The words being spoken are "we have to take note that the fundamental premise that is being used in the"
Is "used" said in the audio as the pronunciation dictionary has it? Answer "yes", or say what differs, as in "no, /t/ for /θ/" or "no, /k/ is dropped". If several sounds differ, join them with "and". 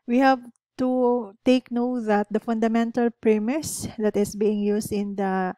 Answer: no, /s/ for /z/